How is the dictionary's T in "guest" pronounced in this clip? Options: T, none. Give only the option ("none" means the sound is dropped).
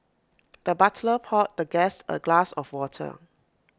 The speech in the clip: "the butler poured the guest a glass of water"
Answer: none